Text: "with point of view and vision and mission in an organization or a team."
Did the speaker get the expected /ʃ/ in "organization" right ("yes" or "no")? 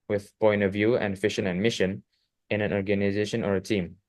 yes